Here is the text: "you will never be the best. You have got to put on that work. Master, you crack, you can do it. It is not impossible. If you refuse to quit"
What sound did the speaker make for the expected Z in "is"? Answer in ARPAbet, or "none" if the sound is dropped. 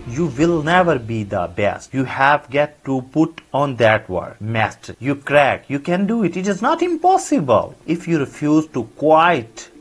Z